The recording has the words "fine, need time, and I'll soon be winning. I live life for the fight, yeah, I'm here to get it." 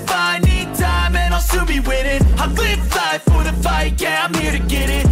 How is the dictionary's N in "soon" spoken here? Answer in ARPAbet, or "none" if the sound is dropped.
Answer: L